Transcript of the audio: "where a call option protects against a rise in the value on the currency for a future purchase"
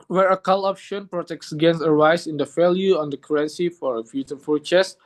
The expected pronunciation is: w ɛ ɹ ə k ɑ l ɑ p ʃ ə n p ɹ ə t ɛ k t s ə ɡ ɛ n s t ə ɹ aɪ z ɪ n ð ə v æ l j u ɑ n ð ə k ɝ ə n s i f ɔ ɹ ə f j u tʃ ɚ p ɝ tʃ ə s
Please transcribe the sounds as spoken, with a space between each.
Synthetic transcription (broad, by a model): w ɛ ɹ ə k ɑ l ɑ p ʃ ə n p ɹ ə t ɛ k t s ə ɡ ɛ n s ə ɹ aɪ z ɪ n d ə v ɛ l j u ɑ n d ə k ɝ ə n s i f ɔ ɹ ə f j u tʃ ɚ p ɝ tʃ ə s